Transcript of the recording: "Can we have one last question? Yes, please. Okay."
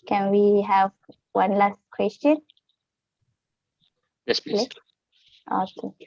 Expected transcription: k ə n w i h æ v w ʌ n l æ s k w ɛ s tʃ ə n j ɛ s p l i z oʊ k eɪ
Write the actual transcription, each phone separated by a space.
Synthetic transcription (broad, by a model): k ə n w i h æ v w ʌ n l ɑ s k w ɛ s tʃ ə n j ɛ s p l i oʊ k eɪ